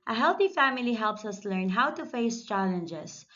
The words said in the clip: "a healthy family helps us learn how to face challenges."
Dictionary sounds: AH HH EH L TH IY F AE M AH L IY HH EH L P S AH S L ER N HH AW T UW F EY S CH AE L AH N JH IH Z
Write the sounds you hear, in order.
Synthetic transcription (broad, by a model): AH HH EH L TH IY F AE M AH L IY HH EH L P S AH S L ER N HH AW T UW F EY S CH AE L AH N JH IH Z